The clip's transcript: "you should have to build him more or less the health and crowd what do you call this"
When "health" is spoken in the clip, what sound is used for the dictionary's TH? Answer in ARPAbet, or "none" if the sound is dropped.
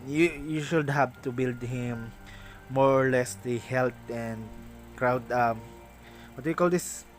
T